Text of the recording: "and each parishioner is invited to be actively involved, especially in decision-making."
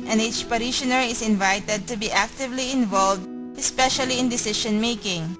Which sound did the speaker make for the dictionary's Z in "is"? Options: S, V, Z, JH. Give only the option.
S